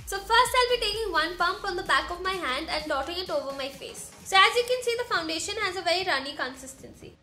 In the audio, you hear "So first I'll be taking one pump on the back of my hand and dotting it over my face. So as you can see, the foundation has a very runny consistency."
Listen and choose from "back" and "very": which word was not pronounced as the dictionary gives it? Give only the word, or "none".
none